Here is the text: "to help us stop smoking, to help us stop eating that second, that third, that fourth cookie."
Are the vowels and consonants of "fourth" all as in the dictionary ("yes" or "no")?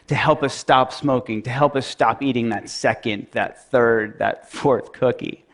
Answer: yes